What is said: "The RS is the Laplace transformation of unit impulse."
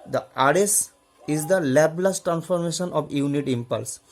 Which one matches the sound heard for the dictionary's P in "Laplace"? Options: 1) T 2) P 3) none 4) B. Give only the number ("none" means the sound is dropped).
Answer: 4